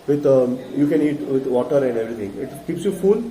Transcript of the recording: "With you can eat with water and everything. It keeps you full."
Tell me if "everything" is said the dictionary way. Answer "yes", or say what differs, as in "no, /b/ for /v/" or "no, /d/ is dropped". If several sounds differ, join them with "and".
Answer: no, /t/ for /θ/